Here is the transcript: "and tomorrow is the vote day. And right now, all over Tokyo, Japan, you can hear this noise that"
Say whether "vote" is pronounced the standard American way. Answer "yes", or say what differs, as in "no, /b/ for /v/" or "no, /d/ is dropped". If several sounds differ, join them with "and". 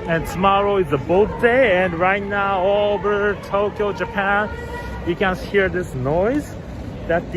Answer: no, /b/ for /v/